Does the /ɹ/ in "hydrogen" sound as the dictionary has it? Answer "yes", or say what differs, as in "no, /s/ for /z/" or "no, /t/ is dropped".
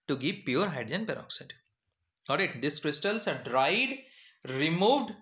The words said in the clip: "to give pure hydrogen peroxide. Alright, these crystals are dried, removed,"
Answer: no, /ɹ/ is dropped